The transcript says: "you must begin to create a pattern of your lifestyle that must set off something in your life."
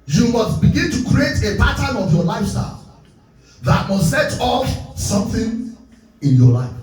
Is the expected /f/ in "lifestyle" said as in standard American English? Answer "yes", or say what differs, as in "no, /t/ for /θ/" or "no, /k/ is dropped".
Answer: yes